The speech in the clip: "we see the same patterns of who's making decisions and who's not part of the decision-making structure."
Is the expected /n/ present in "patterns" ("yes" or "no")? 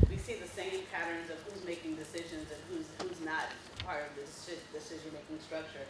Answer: yes